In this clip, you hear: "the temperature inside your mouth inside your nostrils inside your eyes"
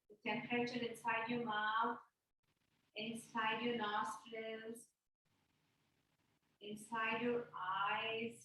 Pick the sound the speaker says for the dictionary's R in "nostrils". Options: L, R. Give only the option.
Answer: L